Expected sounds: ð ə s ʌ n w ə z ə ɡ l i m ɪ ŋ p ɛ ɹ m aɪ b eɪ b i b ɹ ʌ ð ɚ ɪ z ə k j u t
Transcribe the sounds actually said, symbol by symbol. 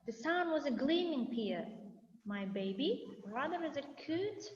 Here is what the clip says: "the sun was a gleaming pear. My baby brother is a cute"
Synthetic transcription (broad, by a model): ð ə s ʌ n w ə z ə ɡ l i m ɪ ŋ p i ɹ m aɪ b eɪ b i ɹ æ ð ɚ ɪ z ə k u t